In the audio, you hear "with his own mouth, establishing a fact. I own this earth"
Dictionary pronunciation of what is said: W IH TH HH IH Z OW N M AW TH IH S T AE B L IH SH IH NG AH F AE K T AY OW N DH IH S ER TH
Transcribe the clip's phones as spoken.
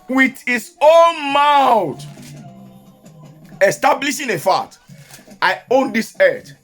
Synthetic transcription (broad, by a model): W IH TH HH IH S OW N M AW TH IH S T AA B L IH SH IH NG AH F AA T AY OW N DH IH S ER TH